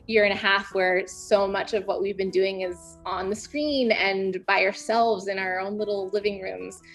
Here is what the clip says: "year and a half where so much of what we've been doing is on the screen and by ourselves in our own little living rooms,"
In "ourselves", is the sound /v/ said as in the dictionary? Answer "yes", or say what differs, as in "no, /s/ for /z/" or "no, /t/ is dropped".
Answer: yes